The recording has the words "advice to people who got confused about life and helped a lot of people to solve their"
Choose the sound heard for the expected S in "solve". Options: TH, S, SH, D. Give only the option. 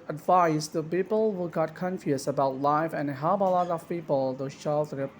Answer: SH